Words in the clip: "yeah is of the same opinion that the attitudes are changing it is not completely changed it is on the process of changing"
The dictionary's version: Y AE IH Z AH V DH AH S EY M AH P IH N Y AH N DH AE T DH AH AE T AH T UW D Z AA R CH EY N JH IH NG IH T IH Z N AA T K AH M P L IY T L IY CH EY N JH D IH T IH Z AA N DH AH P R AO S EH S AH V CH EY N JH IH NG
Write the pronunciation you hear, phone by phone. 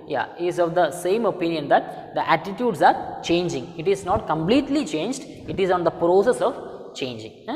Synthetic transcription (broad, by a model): Y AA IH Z AH V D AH S EY M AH P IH N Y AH N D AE T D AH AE T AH T UW D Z AA R CH EY N JH IH NG IH T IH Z N AA T K AH M P L IY T L IY CH EY N JH D IH T IH Z AA N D AH P R AO S EH S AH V CH EY N JH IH NG